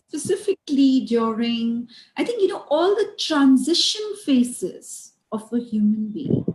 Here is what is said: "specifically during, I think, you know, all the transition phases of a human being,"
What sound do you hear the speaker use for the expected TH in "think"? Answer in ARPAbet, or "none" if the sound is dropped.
T